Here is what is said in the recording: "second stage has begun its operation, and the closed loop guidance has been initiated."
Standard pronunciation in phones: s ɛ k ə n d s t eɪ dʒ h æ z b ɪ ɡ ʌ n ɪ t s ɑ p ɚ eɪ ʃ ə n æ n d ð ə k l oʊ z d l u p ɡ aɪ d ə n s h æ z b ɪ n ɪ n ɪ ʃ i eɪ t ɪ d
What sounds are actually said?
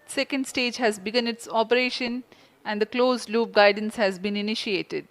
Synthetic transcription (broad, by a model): s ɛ k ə n d s t eɪ dʒ h æ z b ɪ ɡ ʌ n ɪ t s ɑ p ɚ eɪ ʃ ə n æ n d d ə k l oʊ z l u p ɡ aɪ d ə n s h æ z b ɪ n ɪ n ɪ ʃ i eɪ t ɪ d